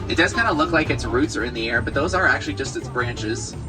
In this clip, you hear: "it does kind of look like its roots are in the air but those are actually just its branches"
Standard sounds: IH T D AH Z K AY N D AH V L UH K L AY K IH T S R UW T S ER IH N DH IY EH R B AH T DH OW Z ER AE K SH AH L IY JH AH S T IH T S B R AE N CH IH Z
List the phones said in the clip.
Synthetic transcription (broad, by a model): IH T D AH Z K AY N D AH L UH K L AY K IH T S R UW T S ER IH N DH IY EH R B AH T DH OW Z ER AE K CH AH L IY JH AH S T IH T S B R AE N CH IH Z